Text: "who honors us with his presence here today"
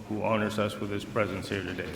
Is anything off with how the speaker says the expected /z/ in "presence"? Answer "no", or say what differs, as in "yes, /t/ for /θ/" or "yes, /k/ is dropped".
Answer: no